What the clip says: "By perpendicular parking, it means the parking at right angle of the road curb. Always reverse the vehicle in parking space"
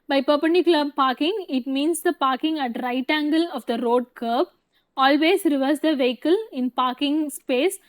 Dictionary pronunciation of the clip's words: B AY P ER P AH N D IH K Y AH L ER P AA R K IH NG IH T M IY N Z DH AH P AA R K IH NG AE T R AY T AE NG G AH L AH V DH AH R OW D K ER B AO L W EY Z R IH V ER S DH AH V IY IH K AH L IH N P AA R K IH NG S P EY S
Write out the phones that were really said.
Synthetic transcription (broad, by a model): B AY P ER P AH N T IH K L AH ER P AA R K IH NG IH T M IY N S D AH P AA R K IH NG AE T R AY T AE NG G AH L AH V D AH R OW D K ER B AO L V EY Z R IH V ER S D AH V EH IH K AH L IH N P AA R K IH NG S P EY S